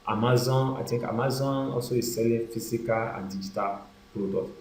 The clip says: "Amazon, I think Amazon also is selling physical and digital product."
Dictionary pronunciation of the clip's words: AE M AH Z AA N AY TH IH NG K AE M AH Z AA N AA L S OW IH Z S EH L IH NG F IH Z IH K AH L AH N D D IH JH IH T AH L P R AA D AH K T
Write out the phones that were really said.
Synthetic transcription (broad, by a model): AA M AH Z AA N AY T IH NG K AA M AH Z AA N AA L S OW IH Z S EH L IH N F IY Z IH K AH L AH N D D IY JH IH T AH L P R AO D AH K